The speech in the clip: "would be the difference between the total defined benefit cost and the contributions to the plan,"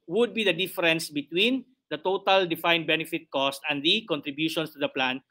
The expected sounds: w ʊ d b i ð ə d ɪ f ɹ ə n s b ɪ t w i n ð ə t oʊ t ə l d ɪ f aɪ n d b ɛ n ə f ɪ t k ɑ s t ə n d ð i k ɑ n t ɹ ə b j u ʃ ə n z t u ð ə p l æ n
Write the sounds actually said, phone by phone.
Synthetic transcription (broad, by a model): w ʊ d b i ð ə d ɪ f ɹ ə n s b ɪ t w i n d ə t oʊ t ə l d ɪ f aɪ n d b ɛ n ə f ɪ t k ɑ s t ə n d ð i k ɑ n t ɹ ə b j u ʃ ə n s t u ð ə p l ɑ n